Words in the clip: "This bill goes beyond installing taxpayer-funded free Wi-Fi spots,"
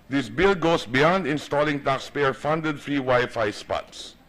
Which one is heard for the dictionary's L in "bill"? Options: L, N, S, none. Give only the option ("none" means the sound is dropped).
L